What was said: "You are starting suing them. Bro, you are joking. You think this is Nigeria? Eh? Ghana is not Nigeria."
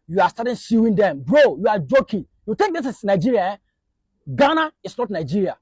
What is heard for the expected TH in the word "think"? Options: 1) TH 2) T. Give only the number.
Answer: 2